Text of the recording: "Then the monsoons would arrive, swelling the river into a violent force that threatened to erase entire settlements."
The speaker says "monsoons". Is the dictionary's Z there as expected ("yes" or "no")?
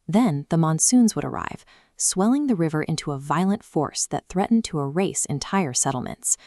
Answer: yes